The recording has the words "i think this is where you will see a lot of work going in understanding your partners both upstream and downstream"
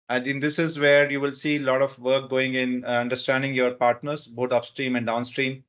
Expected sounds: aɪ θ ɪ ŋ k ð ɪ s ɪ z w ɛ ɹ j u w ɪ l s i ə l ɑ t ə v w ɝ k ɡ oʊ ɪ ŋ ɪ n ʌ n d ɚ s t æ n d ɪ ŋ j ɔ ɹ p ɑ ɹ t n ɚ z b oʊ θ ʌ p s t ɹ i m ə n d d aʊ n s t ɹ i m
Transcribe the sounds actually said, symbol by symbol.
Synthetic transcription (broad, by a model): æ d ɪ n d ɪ s ɪ z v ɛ ɹ j u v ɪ l s i l ɑ t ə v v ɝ k ɡ oʊ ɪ ŋ ɪ n ʌ n d ɚ s t æ n d ɪ ŋ j ɔ ɹ p ɑ ɹ t n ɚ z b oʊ t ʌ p s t ɹ i m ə n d d aʊ n s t ɹ i m